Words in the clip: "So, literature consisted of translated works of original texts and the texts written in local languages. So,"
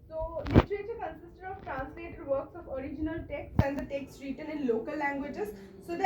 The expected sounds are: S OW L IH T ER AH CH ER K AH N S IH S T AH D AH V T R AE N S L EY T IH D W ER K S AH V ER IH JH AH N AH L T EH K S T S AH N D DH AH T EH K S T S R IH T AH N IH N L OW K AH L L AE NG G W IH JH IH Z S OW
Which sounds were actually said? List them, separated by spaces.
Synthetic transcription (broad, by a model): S OW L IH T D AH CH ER K AH N S IH S T AH D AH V T R AE N S L EY T IH D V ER K S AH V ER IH JH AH N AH L T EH K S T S AH N D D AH T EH K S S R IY T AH L IH N L OW K AH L L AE NG G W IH JH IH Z S OW